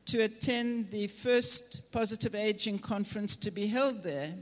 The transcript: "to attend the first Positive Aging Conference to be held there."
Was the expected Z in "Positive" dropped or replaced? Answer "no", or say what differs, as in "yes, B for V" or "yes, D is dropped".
no